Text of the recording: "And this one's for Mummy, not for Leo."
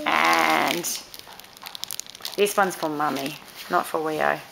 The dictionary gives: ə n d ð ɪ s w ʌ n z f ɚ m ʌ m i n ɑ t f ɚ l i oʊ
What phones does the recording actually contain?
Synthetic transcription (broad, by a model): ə n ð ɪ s w ʌ n z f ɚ m ʌ m i n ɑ t f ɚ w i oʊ